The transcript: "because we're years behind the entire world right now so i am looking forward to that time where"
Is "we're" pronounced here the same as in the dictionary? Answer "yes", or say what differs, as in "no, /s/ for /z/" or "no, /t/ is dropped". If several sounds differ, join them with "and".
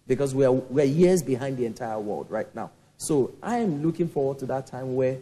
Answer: no, /w/ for /ɹ/